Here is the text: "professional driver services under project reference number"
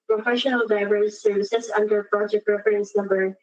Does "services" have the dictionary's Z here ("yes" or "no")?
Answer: no